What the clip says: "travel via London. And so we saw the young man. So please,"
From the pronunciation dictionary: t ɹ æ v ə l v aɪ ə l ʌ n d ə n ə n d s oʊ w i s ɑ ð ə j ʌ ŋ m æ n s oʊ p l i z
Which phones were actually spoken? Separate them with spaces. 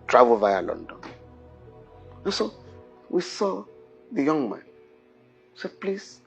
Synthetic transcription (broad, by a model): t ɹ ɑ v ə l v aɪ ə l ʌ n d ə n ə n s oʊ w i s ɑ ð ə j ʌ ŋ m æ n s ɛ p l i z